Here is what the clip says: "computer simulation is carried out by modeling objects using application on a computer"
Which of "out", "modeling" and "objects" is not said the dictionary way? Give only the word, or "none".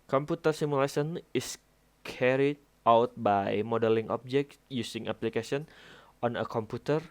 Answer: objects